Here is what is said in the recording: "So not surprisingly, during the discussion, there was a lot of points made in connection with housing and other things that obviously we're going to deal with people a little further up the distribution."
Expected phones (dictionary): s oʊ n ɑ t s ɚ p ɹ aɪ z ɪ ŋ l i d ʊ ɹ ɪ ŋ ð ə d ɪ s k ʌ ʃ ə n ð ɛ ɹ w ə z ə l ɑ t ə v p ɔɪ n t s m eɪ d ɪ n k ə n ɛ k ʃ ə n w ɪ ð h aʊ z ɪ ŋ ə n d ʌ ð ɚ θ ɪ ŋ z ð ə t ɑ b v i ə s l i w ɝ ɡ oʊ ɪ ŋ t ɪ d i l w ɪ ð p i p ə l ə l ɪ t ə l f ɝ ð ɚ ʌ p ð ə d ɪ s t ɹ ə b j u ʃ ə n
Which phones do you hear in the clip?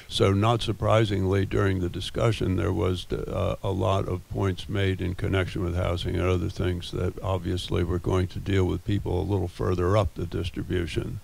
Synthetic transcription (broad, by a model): s oʊ n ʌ t s ɚ p ɹ aɪ z ɪ ŋ l i d ʊ ɹ ɪ ŋ ð ə d ɪ s k ʌ ʃ ə n ð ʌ ɹ w ə z ə l ɑ t ə v p ɔɪ n t s m eɪ d ɪ n k ə n ɛ k ʃ ə n w ɪ ð h aʊ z ɪ ŋ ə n ʌ ð ɚ θ ɪ ŋ z ð ə t ɑ b v i ə s l i w ɝ ɡ oʊ ɪ ŋ t ɪ d i l w ɪ ð p i p l ə l ɪ t l f ɝ ð ɚ ʌ p ð ə d ɪ s t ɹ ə b j u ʃ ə n